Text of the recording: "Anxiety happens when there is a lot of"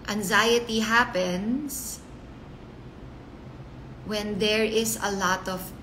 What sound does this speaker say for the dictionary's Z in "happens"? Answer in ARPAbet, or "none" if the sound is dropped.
S